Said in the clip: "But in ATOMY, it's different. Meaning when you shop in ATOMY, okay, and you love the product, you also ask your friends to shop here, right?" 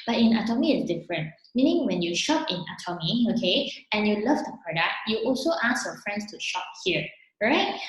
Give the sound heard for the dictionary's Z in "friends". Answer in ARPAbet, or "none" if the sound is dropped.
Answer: S